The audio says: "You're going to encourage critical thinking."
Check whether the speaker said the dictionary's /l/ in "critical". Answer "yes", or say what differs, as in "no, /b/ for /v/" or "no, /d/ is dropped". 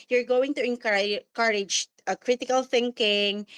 yes